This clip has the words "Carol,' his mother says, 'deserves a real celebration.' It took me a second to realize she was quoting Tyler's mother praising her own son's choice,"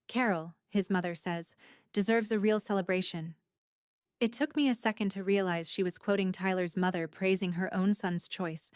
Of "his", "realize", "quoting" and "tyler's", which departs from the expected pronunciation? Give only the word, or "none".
none